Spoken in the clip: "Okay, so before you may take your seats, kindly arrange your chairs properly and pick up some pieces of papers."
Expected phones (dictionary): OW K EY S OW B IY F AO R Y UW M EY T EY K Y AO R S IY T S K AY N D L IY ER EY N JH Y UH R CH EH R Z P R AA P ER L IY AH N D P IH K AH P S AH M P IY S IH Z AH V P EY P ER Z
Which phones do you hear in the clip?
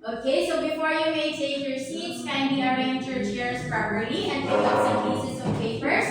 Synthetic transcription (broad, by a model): OW K EY S OW B IY F AO R Y UW M EY S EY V Y AO R S IY T S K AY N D IY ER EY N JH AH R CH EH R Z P R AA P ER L IY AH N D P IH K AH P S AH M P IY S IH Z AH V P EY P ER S